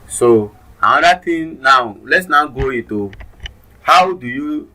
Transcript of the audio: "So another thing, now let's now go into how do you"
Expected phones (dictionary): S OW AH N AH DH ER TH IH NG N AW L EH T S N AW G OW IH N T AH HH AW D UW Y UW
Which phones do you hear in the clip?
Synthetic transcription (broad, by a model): S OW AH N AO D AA T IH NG N AW L EH T S N AW G OW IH T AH HH AW D UW Y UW